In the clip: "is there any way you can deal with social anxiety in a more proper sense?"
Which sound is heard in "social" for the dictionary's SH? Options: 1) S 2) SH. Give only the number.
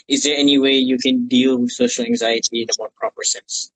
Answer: 2